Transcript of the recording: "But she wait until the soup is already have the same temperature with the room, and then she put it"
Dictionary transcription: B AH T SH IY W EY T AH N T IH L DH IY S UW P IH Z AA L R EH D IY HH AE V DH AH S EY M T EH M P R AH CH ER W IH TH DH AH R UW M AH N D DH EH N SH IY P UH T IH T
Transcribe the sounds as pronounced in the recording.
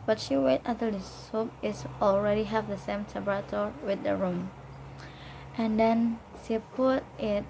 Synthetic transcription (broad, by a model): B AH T SH IY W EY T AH T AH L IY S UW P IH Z AA L R EH D IY HH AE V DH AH S EY M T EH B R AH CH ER W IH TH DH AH R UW M AH N D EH N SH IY P UH T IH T